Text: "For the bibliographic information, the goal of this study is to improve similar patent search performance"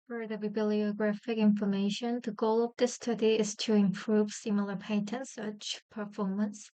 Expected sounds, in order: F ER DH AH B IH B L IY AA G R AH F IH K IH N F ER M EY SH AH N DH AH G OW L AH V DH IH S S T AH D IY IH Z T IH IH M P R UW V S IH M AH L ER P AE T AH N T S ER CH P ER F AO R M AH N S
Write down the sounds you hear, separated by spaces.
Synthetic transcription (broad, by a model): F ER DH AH B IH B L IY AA G R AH F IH K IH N F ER M EY SH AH N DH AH G OW L AH V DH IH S S T AH D IY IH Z T IH IH M P R UW V S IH M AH L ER P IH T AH N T S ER CH P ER F AO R M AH N S